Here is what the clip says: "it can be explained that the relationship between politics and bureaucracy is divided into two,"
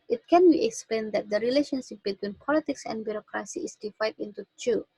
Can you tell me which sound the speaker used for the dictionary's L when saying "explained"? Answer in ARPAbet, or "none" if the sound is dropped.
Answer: L